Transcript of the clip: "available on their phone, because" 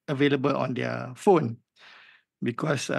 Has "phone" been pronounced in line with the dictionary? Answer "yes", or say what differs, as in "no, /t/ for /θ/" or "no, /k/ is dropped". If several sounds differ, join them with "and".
yes